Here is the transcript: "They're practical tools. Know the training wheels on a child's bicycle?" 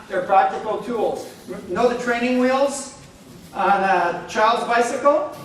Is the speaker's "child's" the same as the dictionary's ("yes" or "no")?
yes